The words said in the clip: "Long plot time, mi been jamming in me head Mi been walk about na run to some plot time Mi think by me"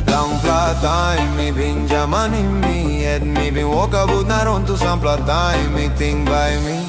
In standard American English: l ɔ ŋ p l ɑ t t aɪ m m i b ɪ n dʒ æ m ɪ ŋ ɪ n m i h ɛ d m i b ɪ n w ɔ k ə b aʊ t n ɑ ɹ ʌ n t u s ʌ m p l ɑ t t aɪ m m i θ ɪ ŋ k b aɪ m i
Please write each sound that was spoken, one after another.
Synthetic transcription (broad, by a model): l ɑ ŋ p l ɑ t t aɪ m m i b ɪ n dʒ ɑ m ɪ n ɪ m i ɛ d m i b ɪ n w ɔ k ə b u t n ɑ ɹ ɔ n t u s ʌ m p l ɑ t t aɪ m m i t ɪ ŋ b aɪ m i